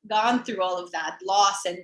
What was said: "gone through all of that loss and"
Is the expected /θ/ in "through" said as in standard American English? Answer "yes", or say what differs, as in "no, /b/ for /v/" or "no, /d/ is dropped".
yes